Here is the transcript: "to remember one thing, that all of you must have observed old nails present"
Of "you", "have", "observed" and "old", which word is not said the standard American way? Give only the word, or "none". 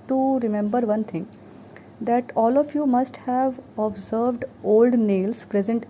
none